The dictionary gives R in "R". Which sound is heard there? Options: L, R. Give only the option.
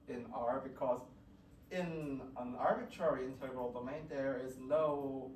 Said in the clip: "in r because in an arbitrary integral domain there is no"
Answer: R